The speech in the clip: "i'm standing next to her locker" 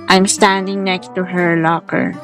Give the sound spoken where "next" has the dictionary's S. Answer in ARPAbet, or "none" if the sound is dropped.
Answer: S